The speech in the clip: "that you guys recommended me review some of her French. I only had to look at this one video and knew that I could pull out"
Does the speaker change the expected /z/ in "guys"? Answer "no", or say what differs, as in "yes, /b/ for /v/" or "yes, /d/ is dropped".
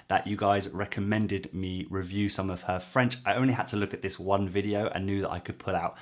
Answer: no